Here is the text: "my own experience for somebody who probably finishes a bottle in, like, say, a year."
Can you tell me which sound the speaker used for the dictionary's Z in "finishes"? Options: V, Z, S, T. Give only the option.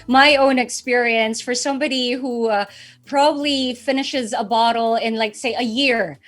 Z